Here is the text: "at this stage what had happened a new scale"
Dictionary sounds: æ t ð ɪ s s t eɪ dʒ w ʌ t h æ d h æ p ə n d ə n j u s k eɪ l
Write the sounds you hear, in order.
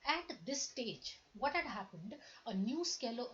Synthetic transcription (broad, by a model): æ t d ɪ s s t eɪ dʒ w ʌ t h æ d h æ p ə n d ə n j u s k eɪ l